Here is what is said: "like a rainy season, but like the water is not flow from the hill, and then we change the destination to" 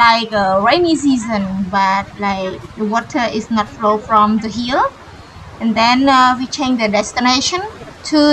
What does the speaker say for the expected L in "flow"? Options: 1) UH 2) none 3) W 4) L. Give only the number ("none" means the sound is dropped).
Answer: 4